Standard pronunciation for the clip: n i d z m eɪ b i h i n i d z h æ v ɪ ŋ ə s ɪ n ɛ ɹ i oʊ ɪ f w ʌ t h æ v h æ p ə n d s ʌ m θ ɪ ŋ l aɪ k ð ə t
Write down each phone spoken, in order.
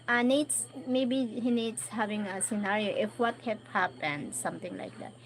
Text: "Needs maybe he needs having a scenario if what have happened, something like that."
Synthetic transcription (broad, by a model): n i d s m eɪ b i h i n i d s h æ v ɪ ŋ ə s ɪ n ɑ ɹ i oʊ ɪ f w ʌ t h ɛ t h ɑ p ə n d s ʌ m t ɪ ŋ l aɪ k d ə t